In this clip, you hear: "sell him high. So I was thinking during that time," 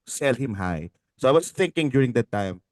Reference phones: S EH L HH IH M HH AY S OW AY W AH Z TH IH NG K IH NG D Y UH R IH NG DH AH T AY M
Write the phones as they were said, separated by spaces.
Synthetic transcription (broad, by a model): S EH L HH IH M HH AY S OW AY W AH S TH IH NG K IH NG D Y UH R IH NG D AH T AY M